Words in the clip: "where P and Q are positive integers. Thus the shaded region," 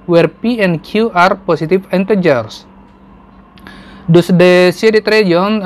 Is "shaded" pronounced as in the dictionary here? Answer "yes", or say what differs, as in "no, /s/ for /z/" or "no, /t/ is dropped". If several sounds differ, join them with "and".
no, /s/ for /ʃ/